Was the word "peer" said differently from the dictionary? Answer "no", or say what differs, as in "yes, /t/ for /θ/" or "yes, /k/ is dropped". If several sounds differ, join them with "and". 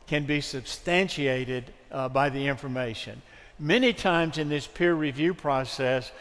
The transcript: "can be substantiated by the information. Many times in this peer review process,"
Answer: no